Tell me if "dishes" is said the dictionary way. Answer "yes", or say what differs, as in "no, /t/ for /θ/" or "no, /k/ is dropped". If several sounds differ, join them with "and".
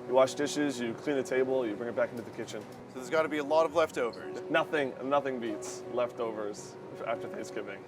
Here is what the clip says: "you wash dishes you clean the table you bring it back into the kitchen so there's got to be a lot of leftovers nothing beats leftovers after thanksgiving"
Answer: yes